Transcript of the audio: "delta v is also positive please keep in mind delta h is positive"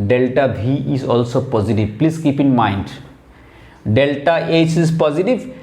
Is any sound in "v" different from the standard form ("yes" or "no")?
yes